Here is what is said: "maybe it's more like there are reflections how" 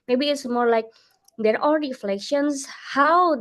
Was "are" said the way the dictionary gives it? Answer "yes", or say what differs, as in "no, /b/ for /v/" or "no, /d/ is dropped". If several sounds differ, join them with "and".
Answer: no, /l/ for /ɹ/